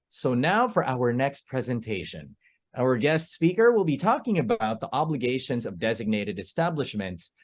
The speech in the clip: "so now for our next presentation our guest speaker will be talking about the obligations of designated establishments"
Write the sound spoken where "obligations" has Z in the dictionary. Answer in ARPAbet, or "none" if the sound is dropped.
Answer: Z